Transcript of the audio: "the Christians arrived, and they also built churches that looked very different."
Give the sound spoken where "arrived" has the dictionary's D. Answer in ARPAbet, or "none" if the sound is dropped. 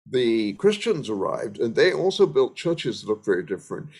D